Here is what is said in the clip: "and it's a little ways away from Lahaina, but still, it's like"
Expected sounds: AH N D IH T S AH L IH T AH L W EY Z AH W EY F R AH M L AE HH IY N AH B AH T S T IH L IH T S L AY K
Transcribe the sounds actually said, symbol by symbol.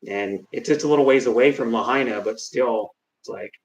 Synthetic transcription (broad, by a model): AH N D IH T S AH L IH T L W EY Z AH W EY F R AH M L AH HH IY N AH B AH T S T IH L IH T S L AY K